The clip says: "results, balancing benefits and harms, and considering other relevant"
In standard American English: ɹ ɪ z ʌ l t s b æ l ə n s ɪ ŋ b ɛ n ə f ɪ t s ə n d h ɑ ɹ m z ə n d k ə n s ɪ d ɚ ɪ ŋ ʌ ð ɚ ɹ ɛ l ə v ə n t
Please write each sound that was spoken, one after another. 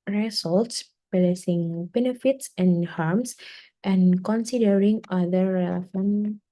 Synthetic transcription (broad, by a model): ɹ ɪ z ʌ l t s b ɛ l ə s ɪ ŋ b ɛ n ə f ɪ t s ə n h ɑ ɹ m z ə n k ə n s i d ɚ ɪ ŋ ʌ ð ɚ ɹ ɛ l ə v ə n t